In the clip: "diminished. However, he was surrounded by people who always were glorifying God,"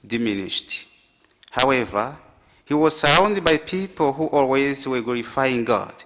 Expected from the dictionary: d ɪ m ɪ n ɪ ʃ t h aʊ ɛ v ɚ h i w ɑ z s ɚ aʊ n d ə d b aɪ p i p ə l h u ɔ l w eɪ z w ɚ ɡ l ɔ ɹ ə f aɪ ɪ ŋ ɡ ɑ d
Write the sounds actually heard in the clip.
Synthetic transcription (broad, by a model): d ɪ m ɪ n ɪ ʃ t h aʊ ɛ v ɚ h i w ɑ z s ɚ aʊ n d ə d b aɪ p i p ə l h u ɔ l w eɪ z w ɚ ɡ l ɔ ɹ ə f aɪ ɪ ŋ ɡ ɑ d